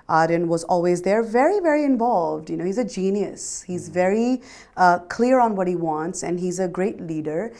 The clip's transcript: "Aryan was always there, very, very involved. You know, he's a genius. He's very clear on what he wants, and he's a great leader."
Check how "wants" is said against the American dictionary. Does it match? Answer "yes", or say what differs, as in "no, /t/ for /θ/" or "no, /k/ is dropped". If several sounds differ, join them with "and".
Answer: yes